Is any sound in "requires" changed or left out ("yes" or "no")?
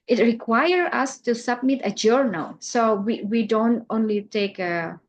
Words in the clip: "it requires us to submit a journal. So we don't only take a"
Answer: yes